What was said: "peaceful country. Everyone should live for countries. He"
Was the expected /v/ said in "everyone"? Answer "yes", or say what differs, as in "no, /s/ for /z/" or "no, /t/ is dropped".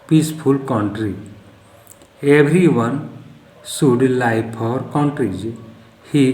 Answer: no, /b/ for /v/